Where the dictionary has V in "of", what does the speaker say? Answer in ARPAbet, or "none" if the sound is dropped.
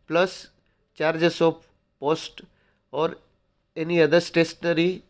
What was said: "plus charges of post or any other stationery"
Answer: P